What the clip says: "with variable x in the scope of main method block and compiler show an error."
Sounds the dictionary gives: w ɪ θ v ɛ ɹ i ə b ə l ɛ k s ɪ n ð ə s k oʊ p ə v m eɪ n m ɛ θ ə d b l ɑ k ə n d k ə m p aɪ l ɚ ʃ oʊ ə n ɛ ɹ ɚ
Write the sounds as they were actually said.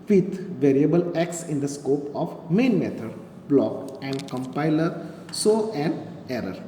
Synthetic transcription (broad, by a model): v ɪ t v ɛ ɹ i ə b ə l ɛ k s ɪ n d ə s k oʊ p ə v m eɪ n m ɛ t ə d b l ɑ k ə n d k ə m p aɪ l ɚ s oʊ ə n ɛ ɹ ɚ